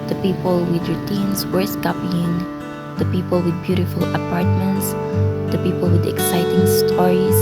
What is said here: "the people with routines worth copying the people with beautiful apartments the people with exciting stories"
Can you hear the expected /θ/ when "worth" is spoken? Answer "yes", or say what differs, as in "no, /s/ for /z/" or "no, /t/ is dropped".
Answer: no, /s/ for /θ/